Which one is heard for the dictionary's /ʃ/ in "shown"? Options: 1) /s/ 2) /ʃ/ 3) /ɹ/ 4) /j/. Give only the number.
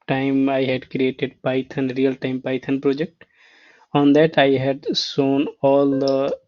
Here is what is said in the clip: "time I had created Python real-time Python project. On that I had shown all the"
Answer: 1